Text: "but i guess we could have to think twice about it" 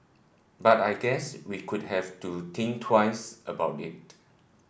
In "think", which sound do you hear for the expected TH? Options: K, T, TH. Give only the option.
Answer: T